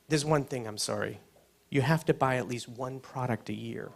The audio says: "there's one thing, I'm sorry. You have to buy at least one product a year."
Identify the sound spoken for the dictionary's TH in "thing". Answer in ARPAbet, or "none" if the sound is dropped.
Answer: TH